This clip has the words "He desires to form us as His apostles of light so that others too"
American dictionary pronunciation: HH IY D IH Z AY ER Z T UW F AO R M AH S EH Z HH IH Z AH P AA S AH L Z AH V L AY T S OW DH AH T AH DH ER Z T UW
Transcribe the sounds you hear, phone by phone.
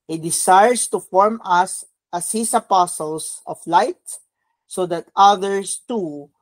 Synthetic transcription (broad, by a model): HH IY D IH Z AY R S T UW F AO R M AH S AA S HH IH S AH P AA S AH L S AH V L AY T S OW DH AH T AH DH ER S T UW